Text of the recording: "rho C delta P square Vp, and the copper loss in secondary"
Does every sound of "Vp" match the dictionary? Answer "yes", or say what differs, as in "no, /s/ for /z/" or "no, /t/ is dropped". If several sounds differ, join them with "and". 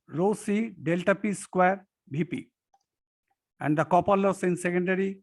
no, /b/ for /v/